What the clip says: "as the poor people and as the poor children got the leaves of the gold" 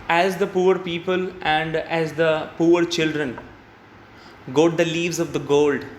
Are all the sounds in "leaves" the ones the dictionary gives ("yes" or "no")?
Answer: yes